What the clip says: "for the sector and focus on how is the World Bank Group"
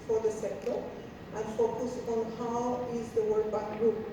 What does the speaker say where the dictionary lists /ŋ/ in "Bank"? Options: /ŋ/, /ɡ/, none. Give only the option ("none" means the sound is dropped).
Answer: none